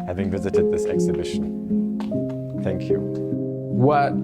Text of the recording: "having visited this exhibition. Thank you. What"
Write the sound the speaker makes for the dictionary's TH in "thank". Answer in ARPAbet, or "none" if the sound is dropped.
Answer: TH